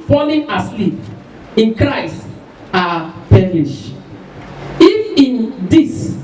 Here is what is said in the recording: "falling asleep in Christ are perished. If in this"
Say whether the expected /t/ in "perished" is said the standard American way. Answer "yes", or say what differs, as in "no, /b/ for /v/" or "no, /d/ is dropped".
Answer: no, /t/ is dropped